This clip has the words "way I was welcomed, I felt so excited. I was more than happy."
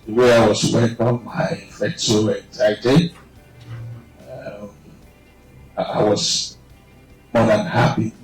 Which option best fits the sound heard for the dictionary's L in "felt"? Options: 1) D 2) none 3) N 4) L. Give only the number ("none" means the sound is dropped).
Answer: 2